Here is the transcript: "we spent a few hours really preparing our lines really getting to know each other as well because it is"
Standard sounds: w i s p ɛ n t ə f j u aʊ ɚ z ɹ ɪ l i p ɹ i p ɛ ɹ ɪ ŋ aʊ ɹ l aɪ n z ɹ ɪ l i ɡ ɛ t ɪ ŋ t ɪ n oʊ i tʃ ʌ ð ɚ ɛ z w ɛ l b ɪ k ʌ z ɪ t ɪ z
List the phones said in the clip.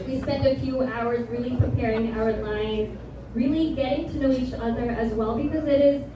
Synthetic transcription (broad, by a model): w i s p ɛ n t ə f j u aʊ ɚ z ɹ ɪ l i p ɹ i p ɛ ɹ ɪ ŋ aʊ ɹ l aɪ n z ɹ ɪ l i ɡ ɛ t ɪ ŋ t ɪ n oʊ i tʃ ʌ ð ɚ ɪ z w ɛ l b ɪ k ʌ z ɪ t ɪ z